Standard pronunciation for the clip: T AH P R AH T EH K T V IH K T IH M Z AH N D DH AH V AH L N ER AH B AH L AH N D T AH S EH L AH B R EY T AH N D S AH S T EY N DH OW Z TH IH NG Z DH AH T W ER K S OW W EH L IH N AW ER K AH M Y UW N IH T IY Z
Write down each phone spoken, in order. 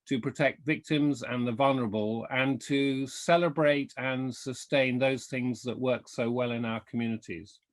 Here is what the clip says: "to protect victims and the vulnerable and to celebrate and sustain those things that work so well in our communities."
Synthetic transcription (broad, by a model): T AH P R AH T EH K T V IH K T IH M Z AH N DH AH V AH L N ER AH B AH L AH N T AH S EH L AH B R EY T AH N S AH S T EY N DH OW Z TH IH NG Z DH AH T W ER K S OW W EH L IH N AW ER K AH M Y UW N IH T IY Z